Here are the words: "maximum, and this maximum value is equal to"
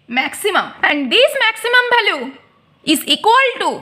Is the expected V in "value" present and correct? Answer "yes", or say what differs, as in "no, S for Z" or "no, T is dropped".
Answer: no, B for V